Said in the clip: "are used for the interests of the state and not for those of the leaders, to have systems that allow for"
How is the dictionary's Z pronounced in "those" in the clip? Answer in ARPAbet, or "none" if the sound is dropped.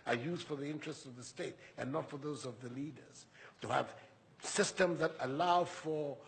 Z